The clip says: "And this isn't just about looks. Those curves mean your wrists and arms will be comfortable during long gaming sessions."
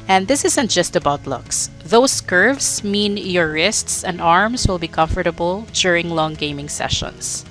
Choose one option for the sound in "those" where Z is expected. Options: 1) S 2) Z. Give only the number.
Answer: 1